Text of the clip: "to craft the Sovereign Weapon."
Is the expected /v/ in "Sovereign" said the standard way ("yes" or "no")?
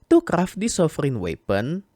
no